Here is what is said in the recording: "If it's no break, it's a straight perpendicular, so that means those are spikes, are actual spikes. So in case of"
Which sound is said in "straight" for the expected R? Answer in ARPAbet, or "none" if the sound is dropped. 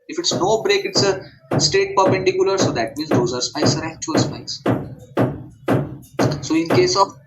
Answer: none